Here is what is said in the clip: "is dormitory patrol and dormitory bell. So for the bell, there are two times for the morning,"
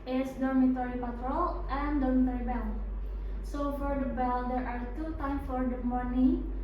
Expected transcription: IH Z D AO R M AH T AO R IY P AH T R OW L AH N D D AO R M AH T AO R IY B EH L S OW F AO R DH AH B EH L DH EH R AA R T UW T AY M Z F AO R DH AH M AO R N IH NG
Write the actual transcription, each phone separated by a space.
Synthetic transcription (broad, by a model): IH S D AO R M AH T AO R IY P AH T R OW L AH N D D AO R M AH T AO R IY B EH L S OW F AO R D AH B EH L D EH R AA R T UW T AY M F AO R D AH M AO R N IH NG